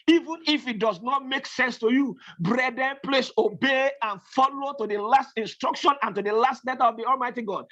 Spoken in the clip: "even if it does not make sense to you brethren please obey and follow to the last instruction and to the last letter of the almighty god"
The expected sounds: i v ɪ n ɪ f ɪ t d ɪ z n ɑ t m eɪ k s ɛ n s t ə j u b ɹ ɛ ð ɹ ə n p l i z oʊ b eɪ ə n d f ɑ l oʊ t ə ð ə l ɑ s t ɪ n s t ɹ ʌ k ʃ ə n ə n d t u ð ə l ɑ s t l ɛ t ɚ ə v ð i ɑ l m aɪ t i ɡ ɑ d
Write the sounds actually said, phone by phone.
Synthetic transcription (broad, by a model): i v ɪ n ɪ f ɪ t d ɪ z n ɑ t m eɪ k s ɛ n s t ə j u b ɹ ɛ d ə n p l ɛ s oʊ b eɪ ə n f ɑ l oʊ t ə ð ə l ɑ s t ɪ n s t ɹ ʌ k ʃ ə n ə n t u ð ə l ɑ s t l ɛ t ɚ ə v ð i ɑ l m aɪ t i ɡ ɑ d